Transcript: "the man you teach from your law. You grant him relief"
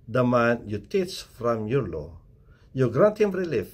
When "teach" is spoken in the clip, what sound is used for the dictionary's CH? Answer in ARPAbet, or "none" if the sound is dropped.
S